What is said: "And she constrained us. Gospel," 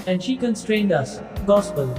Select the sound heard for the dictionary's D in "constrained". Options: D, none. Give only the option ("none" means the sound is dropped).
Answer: D